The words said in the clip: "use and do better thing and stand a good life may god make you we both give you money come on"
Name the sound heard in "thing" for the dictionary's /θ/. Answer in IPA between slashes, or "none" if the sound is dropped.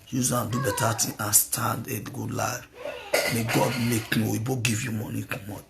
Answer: /t/